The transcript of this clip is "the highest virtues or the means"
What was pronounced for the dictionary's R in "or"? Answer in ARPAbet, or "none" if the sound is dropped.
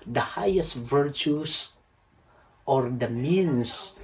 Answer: R